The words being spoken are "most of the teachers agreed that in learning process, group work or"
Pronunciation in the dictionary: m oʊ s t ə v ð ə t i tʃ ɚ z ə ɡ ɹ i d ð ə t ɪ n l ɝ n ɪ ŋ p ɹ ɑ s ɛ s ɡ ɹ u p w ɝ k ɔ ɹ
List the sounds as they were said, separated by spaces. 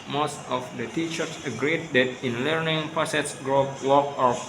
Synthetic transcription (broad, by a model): m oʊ s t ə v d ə t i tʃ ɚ s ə ɡ ɹ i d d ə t ɪ n l ɝ n ɪ ŋ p ɑ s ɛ s ɡ ɹ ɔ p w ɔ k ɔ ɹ